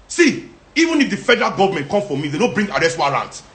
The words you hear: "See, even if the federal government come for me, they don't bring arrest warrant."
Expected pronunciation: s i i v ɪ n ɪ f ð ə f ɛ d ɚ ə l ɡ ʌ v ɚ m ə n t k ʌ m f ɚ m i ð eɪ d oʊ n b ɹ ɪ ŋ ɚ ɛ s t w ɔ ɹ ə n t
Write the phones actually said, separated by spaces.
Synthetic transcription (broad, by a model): s i i v ɪ n ɪ f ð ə f ɛ d ɚ ə l ɡ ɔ v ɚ m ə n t k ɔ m f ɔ m i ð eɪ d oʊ b ɹ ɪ ŋ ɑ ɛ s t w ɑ ɹ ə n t